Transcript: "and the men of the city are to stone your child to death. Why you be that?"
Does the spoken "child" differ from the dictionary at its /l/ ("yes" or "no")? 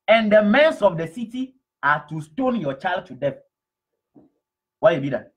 no